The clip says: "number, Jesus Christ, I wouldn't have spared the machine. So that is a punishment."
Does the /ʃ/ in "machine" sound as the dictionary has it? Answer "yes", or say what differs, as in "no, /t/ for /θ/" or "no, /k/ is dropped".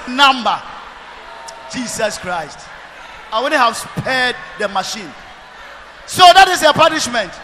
yes